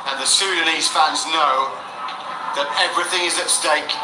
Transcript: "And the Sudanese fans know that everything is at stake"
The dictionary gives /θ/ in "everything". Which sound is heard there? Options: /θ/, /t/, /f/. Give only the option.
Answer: /θ/